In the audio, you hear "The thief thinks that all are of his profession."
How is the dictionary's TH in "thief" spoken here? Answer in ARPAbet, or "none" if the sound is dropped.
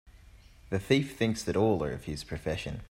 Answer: TH